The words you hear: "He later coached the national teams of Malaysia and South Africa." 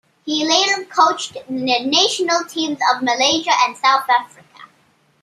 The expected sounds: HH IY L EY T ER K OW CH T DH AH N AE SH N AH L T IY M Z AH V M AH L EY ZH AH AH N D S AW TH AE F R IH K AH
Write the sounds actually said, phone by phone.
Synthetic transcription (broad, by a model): HH IY L EY T ER K OW CH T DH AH N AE SH N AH L T IY M Z AH V M AH L EY ZH AH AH N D S AW TH AE F R IH K AH